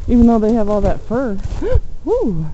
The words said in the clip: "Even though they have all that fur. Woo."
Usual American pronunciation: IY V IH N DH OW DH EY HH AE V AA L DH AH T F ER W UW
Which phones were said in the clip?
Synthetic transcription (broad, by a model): IY V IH N DH OW DH EY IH V AA L DH AH T F ER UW